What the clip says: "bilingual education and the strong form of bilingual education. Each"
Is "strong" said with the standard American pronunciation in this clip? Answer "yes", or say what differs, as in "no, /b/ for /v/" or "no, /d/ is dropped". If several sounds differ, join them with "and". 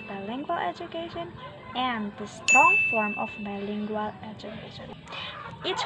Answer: no, /ɹ/ is dropped